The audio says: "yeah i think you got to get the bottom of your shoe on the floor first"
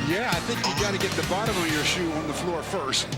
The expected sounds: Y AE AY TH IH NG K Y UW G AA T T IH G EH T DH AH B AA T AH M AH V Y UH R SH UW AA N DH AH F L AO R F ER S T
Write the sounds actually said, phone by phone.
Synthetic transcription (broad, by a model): Y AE AY TH IH NG K Y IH G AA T T IH G EH T DH AH B AA T AH M AH V Y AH R SH UW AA N DH AH F L AO R F ER S T